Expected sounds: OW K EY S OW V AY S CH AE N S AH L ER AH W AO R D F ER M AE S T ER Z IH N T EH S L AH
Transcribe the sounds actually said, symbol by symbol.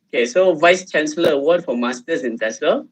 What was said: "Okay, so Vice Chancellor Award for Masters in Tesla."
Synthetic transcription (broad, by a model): OW K EY S OW V AY S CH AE N S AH L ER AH W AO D F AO M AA S T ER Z IH N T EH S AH